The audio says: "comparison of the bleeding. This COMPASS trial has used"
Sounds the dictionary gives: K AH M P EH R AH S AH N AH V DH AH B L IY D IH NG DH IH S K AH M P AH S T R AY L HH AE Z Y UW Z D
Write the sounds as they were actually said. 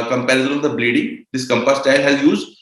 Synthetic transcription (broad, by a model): K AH M P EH R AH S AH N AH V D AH B L IY D IH NG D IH S K AH M P AH S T AY L HH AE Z Y UW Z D